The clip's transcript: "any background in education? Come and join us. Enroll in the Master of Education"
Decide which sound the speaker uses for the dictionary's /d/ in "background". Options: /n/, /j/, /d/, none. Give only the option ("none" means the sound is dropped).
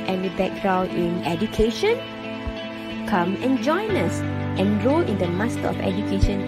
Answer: none